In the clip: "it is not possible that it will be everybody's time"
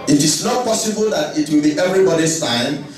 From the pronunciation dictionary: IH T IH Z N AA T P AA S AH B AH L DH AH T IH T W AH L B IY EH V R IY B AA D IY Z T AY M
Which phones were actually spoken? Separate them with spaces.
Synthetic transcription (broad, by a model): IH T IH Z N AA T P AA S AH B AH L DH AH T IH T W AH L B IY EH V R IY B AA D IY S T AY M